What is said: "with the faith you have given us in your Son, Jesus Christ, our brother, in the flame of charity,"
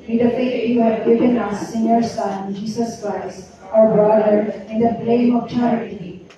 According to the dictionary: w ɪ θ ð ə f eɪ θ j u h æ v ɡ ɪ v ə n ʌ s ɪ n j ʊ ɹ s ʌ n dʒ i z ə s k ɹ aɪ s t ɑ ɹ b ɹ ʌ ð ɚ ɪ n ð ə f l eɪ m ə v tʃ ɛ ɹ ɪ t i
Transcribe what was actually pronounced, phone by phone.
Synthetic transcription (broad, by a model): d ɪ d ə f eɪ j u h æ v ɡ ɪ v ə n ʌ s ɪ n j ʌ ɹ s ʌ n dʒ i s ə s k ɹ aɪ s t ɑ ɹ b ɹ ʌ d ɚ ɪ n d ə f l eɪ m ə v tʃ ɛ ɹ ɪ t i